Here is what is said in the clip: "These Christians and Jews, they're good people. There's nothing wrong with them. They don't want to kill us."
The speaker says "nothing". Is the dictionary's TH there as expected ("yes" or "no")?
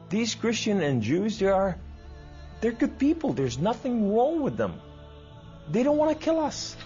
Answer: yes